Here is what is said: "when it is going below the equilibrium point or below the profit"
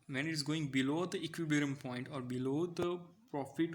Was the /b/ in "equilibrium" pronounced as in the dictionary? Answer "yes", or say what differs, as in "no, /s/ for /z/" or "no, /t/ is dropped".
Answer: no, /b/ is dropped